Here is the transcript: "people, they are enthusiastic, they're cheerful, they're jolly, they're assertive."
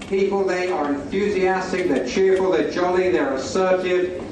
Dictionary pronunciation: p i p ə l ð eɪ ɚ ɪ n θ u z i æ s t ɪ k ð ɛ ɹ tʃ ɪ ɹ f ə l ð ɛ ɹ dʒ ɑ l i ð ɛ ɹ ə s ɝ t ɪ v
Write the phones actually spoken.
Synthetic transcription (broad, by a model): p i p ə l ð eɪ ɚ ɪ n θ u z i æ s t ɪ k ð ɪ tʃ ɪ ɹ f ə l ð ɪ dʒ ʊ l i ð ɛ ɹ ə s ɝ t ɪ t